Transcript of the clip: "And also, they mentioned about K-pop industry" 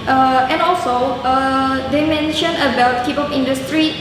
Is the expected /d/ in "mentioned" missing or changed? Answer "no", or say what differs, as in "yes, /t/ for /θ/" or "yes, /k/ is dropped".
yes, /d/ is dropped